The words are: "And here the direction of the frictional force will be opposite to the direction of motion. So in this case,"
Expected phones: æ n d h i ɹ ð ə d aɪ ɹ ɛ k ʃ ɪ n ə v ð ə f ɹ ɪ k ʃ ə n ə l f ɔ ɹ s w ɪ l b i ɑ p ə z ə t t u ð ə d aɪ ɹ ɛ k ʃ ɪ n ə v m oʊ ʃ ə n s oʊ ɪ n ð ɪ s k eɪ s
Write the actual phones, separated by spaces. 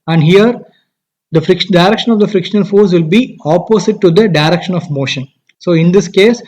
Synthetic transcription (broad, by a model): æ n d h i ɹ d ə d aɪ ɹ ɛ k ʃ ɪ n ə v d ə f ɹ ɪ k ʃ ə n ə l f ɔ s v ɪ l b i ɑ p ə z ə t t u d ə d aɪ ɹ ɛ k ʃ ɪ n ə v m oʊ ʃ ə n s oʊ ɪ n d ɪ s k eɪ s